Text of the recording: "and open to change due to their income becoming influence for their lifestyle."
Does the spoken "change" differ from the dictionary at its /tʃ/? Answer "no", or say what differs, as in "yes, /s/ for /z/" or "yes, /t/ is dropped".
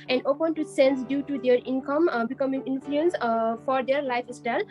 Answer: yes, /s/ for /tʃ/